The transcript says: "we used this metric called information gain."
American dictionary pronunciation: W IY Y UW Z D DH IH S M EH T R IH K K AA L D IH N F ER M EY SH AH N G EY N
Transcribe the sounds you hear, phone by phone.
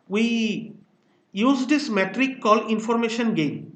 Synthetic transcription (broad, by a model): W IY Y UW Z D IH S M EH T R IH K K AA L IH N F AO M EY SH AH N G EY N